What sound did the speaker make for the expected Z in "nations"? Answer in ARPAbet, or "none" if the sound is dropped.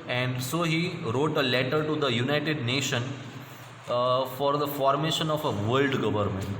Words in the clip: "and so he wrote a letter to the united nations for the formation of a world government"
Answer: none